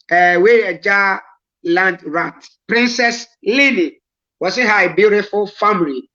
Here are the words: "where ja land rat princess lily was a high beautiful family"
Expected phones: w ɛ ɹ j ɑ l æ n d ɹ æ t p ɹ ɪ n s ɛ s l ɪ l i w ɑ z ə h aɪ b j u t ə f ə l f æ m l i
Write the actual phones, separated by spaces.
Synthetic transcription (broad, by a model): w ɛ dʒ ɑ l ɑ n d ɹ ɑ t p ɹ ɪ n s ɛ s l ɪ n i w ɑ s ə h aɪ b j u t ə f ə l f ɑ m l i